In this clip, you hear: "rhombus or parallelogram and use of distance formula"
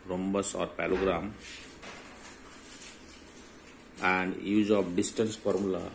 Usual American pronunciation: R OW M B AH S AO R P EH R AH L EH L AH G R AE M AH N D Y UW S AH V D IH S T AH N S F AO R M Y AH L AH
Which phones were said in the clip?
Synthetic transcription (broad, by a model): R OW M B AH S AO R P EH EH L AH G R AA M AH N D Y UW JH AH P D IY S T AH N S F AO R M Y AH L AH